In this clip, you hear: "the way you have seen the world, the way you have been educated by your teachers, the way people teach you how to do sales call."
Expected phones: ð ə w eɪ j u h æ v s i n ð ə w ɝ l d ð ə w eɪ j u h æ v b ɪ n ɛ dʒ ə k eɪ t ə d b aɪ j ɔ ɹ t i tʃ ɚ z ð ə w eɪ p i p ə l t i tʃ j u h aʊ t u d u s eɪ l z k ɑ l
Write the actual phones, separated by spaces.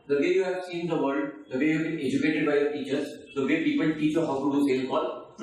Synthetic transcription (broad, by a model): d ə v eɪ j u h æ v s i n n ə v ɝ l d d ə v eɪ j u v b ɪ n ɛ dʒ ə k eɪ t ə d b aɪ j ɔ ɹ t i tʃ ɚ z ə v eɪ p i p ə l t i tʃ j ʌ h aʊ t u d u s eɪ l k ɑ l